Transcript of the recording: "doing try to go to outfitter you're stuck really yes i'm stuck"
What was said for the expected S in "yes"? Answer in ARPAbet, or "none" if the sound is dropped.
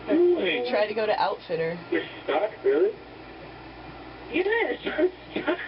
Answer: none